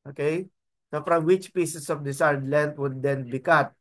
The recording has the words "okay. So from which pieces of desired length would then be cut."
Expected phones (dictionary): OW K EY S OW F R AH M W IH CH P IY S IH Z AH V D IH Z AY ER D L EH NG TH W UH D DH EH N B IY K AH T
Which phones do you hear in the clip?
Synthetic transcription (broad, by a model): OW K EY S OW F R AH M W IH CH P IY S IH S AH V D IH S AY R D L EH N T W UH D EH N B IY K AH T